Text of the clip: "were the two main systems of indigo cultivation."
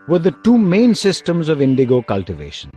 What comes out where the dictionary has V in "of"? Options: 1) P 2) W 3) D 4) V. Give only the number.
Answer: 4